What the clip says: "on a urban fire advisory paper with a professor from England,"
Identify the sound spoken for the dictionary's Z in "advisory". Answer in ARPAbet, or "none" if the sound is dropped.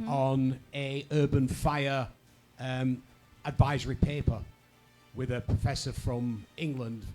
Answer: Z